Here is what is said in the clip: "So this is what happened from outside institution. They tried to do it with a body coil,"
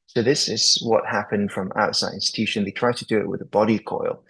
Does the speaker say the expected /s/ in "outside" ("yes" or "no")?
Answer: yes